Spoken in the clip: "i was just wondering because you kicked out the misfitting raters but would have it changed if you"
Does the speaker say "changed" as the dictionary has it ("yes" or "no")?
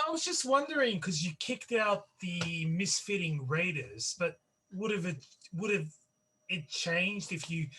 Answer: yes